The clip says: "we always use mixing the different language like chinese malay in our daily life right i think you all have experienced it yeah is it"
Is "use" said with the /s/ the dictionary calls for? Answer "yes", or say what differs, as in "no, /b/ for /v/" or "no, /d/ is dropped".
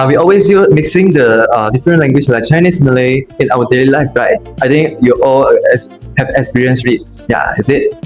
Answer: no, /s/ is dropped